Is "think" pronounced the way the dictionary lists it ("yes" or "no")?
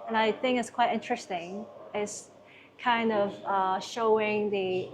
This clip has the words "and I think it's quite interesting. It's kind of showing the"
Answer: yes